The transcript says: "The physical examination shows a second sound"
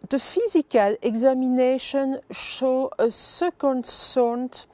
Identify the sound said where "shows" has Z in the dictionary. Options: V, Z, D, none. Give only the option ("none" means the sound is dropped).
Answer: none